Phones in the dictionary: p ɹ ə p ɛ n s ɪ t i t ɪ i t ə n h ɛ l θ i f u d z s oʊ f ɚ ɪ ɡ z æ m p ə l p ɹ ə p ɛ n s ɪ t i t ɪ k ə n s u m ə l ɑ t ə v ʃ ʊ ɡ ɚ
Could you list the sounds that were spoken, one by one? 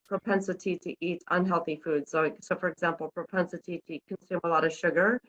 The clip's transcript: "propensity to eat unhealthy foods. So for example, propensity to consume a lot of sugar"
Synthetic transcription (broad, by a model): p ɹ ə p ɛ n s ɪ t i t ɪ i t ə n h ɛ l θ i f u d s s oʊ f ɚ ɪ ɡ z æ m p l p ɹ ə p ɛ n s ɪ t i t ɪ k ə n s u m ə l ɑ t ə v ʃ ʊ ɡ ɚ